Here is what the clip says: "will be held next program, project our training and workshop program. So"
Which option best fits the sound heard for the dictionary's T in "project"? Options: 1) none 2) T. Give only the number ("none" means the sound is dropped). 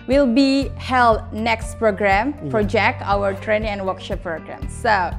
1